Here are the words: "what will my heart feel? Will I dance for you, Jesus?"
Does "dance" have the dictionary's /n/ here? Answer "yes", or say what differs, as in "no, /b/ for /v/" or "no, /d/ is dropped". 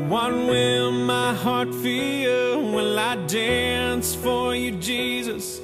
yes